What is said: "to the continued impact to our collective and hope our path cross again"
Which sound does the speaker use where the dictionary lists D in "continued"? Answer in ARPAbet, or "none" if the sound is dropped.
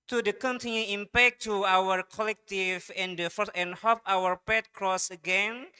none